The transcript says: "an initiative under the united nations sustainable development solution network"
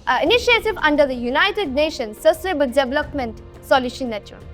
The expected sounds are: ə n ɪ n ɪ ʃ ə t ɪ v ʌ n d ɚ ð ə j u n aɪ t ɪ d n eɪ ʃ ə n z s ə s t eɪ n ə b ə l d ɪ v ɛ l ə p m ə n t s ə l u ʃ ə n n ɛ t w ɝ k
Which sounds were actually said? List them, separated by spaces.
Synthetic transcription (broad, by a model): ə n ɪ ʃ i ə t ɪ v ʌ n d ɚ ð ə j u n aɪ t ɪ d n eɪ ʃ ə n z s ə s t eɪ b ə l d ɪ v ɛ l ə p m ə n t s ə l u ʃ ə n n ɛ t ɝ